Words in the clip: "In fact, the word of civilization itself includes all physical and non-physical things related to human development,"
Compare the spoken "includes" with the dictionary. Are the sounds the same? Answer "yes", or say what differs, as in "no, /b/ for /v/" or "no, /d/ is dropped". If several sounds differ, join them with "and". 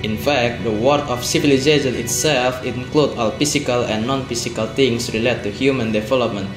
no, /z/ is dropped